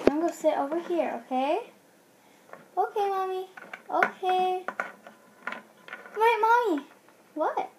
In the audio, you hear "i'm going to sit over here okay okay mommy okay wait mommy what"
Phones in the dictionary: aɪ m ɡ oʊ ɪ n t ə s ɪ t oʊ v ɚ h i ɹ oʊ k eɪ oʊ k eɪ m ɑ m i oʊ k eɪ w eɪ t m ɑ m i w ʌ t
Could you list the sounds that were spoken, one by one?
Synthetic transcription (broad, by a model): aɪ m ɡ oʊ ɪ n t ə s ɪ t oʊ v ɚ h i ɹ oʊ k eɪ oʊ k eɪ m ɑ m i oʊ k eɪ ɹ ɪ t m ɑ m i w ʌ t